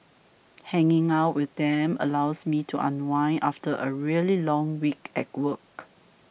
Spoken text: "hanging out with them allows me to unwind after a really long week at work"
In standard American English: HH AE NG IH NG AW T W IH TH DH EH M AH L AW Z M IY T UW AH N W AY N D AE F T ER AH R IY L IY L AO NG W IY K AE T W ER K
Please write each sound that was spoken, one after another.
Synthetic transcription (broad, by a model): HH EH NG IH NG AW T W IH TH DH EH M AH L AW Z M IY T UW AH N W AY N AA F T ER AH R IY L IY L AO NG W IY K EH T W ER K